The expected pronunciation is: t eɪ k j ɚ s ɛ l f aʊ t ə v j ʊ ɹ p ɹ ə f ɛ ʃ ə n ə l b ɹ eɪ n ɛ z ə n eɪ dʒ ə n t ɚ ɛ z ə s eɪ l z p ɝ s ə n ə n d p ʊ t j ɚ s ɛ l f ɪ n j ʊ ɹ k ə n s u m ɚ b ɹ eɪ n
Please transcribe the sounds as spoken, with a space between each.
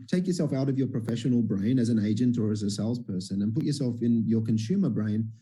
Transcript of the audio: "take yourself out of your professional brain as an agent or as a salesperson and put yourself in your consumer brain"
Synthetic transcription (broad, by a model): t eɪ k j ɚ s ɛ l f aʊ t ə v j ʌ ɹ p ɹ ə f ɛ ʃ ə n l b ɹ eɪ n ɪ z ə n eɪ dʒ ə n t ɚ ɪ z ə s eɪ l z p ɝ s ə n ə n p ʊ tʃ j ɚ s ɛ l f ɪ n j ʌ ɹ k ə n s u m ɚ b ɹ eɪ n